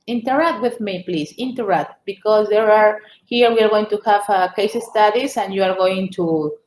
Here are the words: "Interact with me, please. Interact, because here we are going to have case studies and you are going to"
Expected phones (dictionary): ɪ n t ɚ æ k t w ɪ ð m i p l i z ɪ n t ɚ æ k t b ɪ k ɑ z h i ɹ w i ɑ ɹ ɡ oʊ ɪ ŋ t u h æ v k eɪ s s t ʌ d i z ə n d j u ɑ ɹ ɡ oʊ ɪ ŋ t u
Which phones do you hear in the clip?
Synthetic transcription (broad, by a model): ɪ n t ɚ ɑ k t w ɪ ð m i p l i s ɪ n t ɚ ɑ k t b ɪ k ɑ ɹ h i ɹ w i ɑ ɹ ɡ oʊ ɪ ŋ t u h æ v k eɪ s s t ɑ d i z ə n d j u ɑ ɹ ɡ oʊ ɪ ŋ t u